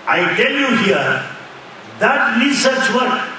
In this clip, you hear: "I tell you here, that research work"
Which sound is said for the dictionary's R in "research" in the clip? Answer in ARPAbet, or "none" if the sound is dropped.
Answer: L